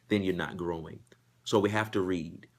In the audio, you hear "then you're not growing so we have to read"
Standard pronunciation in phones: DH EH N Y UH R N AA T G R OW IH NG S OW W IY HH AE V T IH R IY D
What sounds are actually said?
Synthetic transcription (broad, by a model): DH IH N Y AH R N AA T G R OW IH NG S OW W IY HH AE F T IH R IY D